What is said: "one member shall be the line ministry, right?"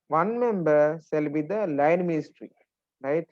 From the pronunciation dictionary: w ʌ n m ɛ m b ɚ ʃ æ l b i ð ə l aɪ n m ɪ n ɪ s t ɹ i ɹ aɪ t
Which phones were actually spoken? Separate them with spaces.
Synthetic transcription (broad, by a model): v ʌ n m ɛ m b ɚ s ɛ l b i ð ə l aɪ n m ɪ n ɪ s t ɹ i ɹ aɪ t